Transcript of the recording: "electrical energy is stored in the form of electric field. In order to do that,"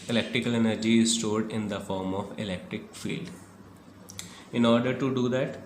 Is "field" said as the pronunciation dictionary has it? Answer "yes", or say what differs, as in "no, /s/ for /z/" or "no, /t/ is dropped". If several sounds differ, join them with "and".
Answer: yes